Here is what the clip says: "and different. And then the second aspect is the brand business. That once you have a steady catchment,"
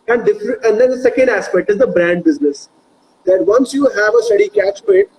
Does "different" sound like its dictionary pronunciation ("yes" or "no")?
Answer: no